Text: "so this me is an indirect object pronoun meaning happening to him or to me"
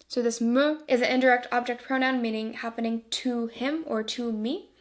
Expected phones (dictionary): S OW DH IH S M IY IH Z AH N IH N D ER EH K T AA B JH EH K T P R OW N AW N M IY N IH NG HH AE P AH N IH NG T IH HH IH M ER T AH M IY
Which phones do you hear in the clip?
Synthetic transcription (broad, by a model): S OW DH IH S M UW IH Z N IH N D ER EH K T AA B JH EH K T P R OW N AW N M IY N IH NG HH AE P AH N IH NG T IH HH IH M ER T AH M IY